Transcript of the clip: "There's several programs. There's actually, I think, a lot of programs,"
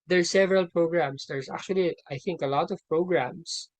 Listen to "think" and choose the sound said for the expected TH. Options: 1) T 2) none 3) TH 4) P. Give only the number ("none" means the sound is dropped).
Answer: 3